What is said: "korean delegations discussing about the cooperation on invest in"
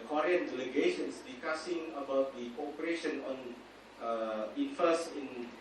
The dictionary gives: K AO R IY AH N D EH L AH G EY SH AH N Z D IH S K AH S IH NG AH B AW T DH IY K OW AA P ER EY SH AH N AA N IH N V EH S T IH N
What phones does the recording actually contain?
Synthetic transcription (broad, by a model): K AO R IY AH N D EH L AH G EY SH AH N S D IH S K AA S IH NG AH B AW T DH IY K OW AA P ER EY SH AH N AA N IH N F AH S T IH N